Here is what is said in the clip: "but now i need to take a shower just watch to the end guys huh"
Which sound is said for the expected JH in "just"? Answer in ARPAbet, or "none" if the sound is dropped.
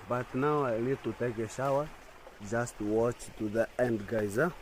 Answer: JH